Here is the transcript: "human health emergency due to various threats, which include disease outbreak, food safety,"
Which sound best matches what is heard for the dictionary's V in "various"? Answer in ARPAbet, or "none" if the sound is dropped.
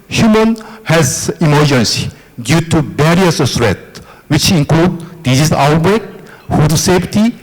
B